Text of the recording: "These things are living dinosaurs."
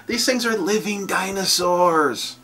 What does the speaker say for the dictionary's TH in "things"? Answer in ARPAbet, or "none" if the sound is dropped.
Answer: TH